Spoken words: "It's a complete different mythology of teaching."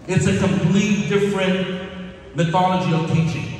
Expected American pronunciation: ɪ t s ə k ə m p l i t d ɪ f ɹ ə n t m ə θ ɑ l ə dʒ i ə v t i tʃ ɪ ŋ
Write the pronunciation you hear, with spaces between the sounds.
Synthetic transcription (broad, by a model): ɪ t s ə k ə m p l i t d ɪ f ɹ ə n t m ə θ ɑ l ə dʒ i ə v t i tʃ ɪ ŋ